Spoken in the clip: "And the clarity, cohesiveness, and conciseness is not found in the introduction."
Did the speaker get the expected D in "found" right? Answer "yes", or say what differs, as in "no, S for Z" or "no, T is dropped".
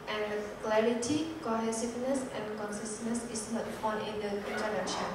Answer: no, D is dropped